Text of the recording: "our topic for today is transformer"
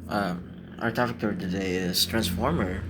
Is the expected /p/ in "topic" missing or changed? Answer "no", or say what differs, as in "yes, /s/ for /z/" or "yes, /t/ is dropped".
yes, /f/ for /p/